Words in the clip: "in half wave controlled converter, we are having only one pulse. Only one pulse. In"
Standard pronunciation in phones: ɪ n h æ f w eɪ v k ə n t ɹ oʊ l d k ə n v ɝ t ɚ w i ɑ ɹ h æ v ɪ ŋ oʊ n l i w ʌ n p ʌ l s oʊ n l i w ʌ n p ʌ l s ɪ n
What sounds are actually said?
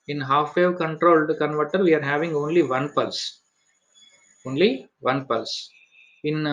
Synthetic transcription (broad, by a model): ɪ n h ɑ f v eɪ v k ə n t ɹ oʊ l d k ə n v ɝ t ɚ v i ɑ ɹ h æ v ɪ ŋ oʊ n l i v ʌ n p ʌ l s oʊ n l i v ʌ n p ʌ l s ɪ n